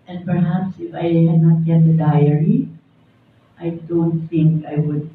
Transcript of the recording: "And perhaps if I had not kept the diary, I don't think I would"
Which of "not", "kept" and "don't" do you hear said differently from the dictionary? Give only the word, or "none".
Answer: kept